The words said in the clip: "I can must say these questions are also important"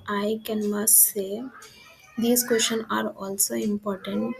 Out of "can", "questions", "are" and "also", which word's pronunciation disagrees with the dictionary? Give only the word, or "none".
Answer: questions